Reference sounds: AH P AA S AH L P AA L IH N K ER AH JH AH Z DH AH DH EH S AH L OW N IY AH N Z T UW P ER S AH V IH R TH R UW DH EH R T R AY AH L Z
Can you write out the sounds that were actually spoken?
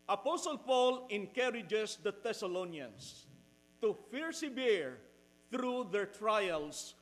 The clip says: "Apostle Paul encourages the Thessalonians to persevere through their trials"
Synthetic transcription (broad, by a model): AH P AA S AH L P AA L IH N K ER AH JH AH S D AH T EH S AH L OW N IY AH N S T UW F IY S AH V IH R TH R UW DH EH R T R AY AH L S